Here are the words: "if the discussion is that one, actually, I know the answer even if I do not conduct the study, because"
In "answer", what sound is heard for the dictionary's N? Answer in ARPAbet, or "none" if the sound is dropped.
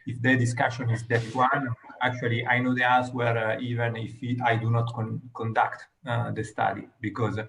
L